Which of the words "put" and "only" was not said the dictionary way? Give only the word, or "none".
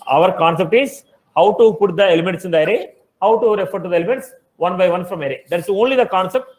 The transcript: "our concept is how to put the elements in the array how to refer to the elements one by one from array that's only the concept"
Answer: none